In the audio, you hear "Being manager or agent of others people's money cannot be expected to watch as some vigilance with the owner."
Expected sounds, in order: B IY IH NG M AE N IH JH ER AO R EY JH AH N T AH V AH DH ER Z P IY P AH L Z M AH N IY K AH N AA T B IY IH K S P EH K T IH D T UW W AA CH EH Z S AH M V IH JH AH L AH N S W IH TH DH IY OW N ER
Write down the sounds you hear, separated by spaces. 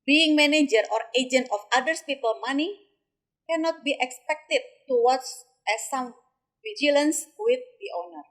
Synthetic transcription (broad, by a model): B IY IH NG M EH N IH JH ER AO R EY JH AH N T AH F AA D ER S P IY P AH L M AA N IY K AH N AA T B IY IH K S P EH K T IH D T UW W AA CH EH S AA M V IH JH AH L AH N S W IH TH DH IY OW N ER